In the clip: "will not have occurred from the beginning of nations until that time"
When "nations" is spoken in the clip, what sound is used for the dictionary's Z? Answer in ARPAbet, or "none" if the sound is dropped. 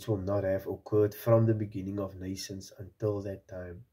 S